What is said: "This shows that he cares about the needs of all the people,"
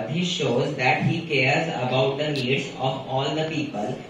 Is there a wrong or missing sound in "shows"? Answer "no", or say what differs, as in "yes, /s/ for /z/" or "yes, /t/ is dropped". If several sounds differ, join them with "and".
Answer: no